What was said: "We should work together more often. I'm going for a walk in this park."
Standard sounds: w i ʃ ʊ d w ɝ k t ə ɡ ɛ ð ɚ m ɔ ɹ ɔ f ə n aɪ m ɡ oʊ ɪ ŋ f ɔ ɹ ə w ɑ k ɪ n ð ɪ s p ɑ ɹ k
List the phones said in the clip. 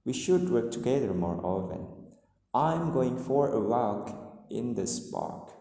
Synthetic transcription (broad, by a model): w i ʃ ʊ d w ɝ k t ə ɡ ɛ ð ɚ m ɔ ɹ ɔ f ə n aɪ m ɡ oʊ ɪ ŋ f ɔ ɹ ə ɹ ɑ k ɪ n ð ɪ s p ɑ ɹ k